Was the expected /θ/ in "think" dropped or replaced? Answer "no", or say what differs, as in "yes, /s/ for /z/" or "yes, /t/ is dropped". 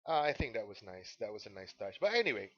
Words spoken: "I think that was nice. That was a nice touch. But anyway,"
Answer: no